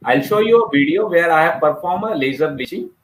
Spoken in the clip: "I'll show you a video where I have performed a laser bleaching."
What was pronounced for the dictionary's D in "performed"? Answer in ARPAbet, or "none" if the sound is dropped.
none